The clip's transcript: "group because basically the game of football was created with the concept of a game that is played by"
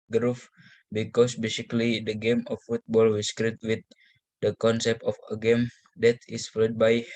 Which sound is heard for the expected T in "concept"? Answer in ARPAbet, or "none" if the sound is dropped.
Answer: T